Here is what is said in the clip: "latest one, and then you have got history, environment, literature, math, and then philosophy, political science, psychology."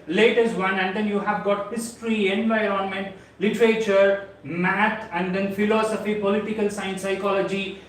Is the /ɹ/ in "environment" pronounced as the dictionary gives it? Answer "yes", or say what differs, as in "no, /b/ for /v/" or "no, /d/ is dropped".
yes